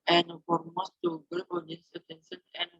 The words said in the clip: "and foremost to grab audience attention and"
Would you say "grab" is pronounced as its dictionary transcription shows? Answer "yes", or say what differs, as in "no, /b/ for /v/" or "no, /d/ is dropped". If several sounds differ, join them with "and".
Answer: no, /ɹ/ is dropped